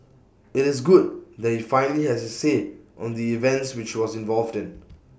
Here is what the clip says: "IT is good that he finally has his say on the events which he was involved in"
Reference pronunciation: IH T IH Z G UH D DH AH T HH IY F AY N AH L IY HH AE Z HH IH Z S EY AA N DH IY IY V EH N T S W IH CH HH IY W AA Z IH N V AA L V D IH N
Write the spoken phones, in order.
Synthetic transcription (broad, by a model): IH T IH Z G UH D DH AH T HH IY F AY N AH L IY HH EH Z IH S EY AA N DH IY IY V EH N T S W IH CH W AA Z IH N V AA L V D IH N